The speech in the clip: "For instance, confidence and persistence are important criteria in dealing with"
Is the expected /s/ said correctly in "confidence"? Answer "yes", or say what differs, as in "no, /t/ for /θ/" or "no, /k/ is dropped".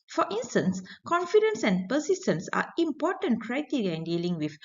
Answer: yes